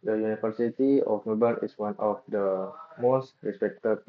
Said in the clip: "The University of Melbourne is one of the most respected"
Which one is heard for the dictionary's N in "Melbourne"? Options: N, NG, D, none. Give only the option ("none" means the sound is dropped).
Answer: none